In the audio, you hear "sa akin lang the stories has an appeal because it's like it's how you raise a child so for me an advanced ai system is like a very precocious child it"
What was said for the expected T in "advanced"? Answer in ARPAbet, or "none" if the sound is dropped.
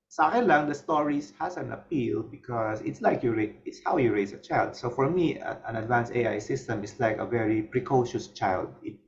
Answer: none